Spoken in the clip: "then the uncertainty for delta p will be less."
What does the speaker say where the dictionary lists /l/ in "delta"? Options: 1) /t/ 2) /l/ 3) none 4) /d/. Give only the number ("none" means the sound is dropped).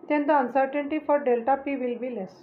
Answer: 2